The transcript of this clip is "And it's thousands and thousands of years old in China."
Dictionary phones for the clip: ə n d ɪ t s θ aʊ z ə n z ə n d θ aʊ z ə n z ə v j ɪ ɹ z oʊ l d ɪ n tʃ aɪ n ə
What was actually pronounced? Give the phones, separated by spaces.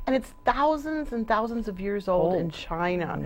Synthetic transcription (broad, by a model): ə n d ɪ t s θ aʊ z ə n z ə n θ aʊ z ə n z ə v j ɪ ɹ z oʊ l d ɪ n tʃ aɪ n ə